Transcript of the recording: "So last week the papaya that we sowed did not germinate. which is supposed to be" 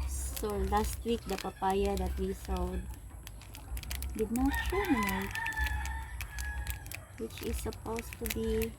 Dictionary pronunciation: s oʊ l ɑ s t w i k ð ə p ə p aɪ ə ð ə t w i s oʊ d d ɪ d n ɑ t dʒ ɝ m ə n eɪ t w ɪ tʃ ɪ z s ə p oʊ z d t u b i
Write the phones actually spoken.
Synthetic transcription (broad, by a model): s oʊ l ɑ s t w i k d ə p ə p aɪ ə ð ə t w i s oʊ d d ɪ d n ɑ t tʃ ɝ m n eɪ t w ɪ tʃ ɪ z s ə p oʊ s t u b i